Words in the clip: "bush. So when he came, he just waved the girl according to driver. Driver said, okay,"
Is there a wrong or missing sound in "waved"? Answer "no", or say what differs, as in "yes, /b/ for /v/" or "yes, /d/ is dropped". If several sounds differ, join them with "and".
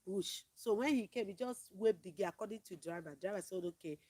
yes, /p/ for /v/